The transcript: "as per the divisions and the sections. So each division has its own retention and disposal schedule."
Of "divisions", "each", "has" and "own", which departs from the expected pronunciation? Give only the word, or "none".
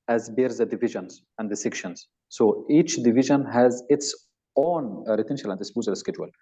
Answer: none